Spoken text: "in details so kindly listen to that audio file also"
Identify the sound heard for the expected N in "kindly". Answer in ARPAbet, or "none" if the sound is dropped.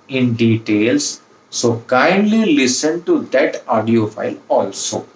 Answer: N